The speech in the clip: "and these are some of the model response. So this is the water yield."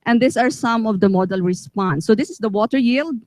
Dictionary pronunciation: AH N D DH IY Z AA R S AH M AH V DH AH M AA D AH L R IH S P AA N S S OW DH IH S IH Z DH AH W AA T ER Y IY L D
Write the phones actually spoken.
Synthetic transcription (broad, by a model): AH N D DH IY S AA R S AH M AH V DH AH M AA D AH L R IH S P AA N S S OW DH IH S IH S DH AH W AA T ER Y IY L D